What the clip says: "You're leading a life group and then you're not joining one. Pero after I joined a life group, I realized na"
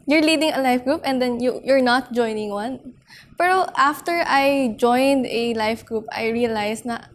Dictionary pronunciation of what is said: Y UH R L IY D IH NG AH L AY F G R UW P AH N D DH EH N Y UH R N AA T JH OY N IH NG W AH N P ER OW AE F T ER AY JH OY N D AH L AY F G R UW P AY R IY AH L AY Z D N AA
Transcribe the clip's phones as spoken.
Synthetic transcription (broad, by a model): Y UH R L IY D IH NG AH L AY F G R UW P AH N D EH N Y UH R N AA T JH OY N IH NG W AH N P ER OW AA F T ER AY JH OY N D AH L AY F G R UW P AY R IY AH L AY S N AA